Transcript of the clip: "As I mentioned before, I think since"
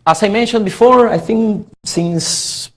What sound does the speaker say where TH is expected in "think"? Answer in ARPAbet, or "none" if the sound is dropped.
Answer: TH